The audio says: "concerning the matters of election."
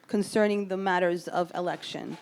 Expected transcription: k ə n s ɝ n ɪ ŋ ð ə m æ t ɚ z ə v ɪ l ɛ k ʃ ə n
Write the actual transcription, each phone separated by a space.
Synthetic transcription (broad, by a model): k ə n s ɝ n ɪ ŋ ð ə m æ t ɚ z ə v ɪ l ɛ k ʃ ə n